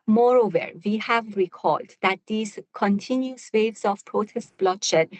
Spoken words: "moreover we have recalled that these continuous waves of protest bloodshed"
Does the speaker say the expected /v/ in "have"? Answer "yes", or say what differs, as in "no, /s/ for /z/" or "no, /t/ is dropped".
yes